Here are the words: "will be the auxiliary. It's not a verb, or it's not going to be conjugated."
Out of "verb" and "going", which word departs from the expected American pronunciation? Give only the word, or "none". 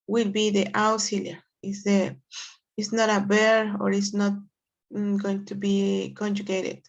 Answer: verb